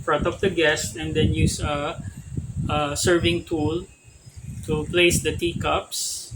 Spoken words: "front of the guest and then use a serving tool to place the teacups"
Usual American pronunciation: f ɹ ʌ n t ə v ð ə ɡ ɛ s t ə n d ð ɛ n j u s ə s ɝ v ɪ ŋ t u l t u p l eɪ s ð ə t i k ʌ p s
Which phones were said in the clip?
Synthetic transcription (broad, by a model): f ɹ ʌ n t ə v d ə ɡ ɛ s t ə n d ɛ n j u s ə s ɝ v ɪ ŋ t u l t u p l eɪ s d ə t i k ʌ p s